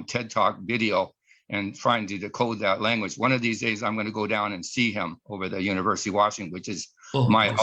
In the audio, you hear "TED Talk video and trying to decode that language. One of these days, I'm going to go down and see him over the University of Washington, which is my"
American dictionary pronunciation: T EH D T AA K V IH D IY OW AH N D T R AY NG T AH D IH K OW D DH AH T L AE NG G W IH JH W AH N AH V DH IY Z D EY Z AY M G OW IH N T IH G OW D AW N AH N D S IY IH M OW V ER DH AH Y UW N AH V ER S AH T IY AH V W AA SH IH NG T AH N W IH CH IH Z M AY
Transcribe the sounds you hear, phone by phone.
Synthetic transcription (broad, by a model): T EH D T AA K V IH D IY OW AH N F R AY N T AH D IH K OW D DH AH T L AE NG G W IH JH W AH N AH V DH IY Z D EY Z AY M G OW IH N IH G OW D AW N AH N S IY IH M OW V ER DH AH Y UW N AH V ER S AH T IY W AA SH IH NG W IH CH IH Z M AY